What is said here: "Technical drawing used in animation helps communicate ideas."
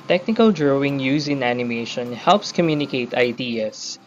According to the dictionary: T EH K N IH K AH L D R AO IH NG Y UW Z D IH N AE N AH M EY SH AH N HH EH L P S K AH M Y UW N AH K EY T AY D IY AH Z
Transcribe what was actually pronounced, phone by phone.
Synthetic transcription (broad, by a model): T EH K N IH K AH L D R AO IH NG Y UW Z IH N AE N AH M EY SH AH N HH EH L P S K AH M Y UW N AH K EY T AY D IY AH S